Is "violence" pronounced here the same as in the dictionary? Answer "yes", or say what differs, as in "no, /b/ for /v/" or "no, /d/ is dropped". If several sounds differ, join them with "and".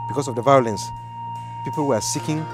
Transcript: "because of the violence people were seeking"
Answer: yes